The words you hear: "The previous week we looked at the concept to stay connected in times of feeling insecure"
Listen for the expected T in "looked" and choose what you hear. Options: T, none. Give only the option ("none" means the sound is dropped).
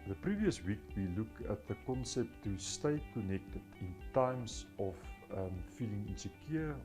none